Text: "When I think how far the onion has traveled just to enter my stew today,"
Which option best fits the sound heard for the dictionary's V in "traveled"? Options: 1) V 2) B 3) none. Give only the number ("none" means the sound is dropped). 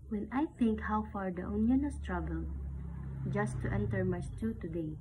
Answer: 2